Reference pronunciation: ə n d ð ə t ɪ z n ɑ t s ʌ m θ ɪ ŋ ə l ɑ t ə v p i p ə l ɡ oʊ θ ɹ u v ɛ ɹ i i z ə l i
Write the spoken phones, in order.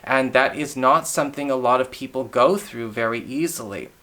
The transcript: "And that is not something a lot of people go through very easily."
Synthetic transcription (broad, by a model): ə n ð ə t ɪ z n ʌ t s ʌ m θ ɪ ŋ ə l ɑ t ə v p i p l ɡ oʊ θ ɹ u v ɛ ɹ i i z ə l i